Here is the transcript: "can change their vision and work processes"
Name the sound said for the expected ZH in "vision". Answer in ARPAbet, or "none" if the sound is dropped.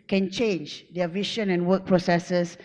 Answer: SH